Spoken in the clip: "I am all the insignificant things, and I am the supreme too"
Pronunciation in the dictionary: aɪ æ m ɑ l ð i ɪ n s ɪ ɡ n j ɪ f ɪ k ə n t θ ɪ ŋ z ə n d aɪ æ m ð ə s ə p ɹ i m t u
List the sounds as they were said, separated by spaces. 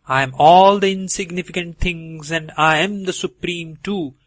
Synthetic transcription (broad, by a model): aɪ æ m ɑ l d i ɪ n s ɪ ɡ n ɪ f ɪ k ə n t t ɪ ŋ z ə n d aɪ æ m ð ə s ə p ɹ i m t u